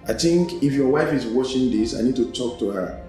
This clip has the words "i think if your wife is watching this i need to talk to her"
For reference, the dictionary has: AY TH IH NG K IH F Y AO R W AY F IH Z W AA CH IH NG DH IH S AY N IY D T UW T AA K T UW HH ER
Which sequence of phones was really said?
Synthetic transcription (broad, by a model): AY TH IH NG K IH F Y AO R W AY F IH Z W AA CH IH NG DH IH S AY N IY D T UW T AA K T UW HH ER